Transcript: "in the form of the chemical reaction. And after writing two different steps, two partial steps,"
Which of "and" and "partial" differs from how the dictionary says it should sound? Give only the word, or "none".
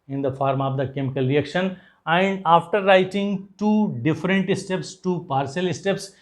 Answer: partial